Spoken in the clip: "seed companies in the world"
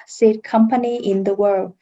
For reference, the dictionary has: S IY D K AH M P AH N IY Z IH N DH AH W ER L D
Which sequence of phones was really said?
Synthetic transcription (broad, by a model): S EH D K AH M P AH N IY IH N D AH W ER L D